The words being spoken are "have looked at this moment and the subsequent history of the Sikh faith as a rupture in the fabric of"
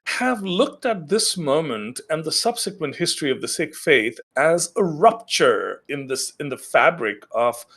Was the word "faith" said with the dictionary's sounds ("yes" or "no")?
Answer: yes